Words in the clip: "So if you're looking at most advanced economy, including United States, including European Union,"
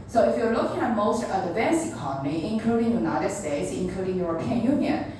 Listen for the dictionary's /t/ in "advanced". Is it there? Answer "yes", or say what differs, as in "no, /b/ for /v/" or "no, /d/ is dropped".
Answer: no, /t/ is dropped